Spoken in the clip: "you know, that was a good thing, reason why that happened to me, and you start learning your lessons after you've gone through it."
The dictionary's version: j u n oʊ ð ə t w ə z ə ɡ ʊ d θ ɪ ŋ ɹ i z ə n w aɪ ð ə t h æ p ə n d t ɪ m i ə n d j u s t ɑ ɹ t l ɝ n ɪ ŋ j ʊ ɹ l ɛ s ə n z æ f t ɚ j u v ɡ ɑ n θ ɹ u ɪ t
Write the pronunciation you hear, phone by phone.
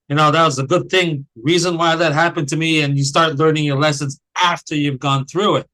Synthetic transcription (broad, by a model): j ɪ n oʊ ð ə t w ə z ə ɡ ʊ d θ ɪ ŋ ɹ i z ə n w aɪ ð ə t h æ p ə n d t ɪ m i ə n j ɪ s t ɑ ɹ t l ɝ n ɪ ŋ j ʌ ɹ l ɛ s ə n z æ f t ɚ j u v ɡ ɑ n θ ɹ u ɪ t